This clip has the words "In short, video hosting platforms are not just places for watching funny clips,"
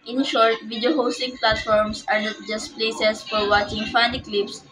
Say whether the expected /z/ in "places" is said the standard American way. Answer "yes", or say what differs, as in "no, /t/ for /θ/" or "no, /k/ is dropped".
no, /s/ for /z/